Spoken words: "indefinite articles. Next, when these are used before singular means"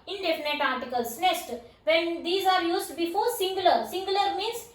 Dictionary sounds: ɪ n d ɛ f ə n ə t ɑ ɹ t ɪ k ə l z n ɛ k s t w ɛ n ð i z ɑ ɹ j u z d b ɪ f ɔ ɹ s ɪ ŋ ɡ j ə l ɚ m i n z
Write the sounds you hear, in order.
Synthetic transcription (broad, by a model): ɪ n d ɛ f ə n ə t ɑ ɹ t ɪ k ə l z n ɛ s t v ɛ n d i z ɑ ɹ j u z d b ɪ f ɔ ɹ s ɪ ŋ ɡ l ə l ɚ m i n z